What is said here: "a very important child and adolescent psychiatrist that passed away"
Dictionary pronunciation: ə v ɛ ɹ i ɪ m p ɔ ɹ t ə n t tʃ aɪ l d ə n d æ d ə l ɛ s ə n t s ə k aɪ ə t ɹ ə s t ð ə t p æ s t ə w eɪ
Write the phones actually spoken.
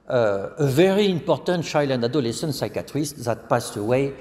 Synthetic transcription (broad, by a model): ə v ɛ ɹ i ɪ m p ɔ ɹ t ə n t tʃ aɪ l ə n d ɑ d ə l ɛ s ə n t s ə k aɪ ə t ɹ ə s t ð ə t p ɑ s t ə w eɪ